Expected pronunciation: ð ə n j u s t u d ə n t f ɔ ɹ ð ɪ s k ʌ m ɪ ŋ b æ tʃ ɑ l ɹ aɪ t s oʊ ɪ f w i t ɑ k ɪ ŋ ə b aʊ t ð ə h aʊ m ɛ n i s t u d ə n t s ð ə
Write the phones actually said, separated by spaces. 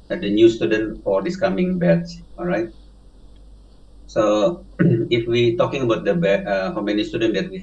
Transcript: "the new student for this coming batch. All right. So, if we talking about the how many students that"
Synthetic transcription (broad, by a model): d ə n j u s t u d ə n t f ɔ ɹ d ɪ s k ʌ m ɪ ŋ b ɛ s ɑ l ɹ aɪ t s oʊ ɪ f w i t ɑ k ɪ ŋ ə b aʊ t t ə h aʊ m ɛ n i s t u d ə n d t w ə